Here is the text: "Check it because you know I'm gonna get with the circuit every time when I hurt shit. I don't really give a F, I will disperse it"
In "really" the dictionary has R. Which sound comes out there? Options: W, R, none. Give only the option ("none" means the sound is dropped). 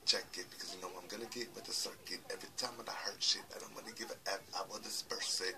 W